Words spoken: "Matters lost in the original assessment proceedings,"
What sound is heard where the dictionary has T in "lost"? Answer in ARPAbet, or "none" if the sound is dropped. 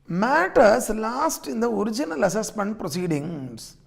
T